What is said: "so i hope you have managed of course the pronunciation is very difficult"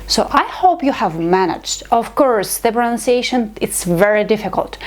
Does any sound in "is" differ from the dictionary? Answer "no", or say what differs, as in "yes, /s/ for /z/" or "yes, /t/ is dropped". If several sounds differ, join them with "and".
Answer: yes, /s/ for /z/